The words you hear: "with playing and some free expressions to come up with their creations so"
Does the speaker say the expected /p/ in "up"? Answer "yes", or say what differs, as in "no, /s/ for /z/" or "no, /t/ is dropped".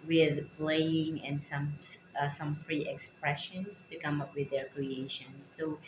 yes